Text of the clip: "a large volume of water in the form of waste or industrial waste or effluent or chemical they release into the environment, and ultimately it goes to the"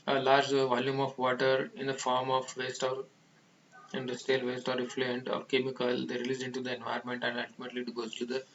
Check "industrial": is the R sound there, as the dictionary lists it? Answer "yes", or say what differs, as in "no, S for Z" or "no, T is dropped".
no, R is dropped